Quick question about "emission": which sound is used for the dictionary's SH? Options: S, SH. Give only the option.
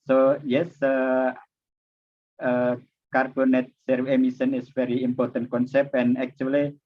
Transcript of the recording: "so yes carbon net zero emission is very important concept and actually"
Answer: S